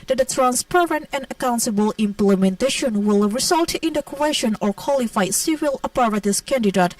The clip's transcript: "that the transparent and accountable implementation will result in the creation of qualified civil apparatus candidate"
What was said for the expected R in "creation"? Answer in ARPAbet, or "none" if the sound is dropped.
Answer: W